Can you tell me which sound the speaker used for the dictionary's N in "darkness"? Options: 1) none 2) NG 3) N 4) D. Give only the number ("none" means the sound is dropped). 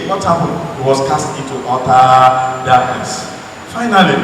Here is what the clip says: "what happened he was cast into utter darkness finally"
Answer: 1